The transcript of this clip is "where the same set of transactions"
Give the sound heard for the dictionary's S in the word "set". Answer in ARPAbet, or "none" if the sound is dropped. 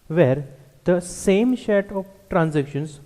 SH